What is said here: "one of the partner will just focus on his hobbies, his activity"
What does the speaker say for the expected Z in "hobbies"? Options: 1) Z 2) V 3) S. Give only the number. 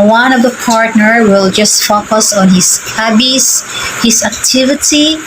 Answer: 3